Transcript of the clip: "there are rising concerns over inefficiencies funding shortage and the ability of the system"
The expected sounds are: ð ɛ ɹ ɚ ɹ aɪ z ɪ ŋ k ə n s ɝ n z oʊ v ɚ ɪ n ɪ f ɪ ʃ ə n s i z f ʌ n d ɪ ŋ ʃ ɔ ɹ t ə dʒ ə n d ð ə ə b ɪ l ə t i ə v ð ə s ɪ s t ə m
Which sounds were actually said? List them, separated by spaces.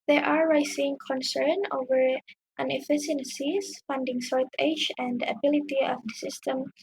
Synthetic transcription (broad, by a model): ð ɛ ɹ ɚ ɹ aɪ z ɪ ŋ k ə n s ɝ n oʊ v ɚ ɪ n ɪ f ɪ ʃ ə n s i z f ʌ n d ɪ ŋ s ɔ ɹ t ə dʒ ə n d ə ə b ɪ l ə t i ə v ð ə s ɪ s t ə m